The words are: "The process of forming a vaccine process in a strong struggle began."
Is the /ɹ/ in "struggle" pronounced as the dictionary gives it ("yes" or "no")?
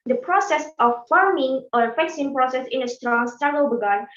no